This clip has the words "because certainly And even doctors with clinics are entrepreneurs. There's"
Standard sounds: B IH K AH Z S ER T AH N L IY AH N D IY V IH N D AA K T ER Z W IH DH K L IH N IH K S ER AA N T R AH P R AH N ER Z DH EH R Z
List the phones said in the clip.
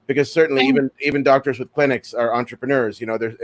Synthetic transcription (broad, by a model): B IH K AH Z S ER T N L IY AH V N IY V IH N D AA K T ER Z W IH DH K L IH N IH K S ER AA N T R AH P R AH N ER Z DH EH R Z